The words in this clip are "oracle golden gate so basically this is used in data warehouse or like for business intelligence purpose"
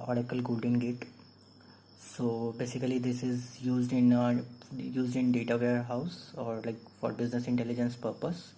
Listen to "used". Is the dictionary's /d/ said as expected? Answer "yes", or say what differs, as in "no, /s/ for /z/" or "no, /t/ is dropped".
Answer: yes